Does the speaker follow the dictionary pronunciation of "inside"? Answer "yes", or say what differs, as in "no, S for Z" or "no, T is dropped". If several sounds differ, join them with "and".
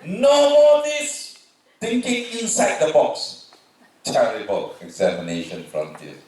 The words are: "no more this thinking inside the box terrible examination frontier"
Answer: yes